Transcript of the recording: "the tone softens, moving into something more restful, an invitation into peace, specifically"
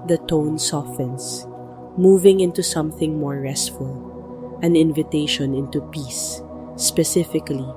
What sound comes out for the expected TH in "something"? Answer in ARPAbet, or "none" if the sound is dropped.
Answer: TH